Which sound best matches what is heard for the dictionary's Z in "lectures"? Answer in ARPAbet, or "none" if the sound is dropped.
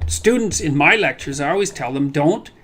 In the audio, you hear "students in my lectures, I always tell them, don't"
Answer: Z